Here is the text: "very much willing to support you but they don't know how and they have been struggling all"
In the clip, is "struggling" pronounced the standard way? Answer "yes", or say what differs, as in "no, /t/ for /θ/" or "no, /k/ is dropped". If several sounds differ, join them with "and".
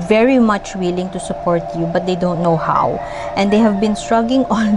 no, /l/ is dropped